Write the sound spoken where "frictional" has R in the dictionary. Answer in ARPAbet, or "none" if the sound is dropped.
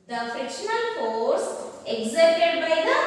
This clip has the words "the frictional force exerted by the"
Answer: none